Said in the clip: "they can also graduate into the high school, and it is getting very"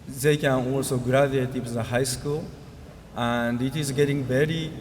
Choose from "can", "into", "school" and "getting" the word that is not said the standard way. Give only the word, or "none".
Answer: into